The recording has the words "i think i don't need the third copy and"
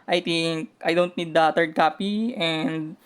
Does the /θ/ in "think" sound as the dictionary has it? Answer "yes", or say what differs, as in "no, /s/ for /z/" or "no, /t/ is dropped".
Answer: no, /t/ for /θ/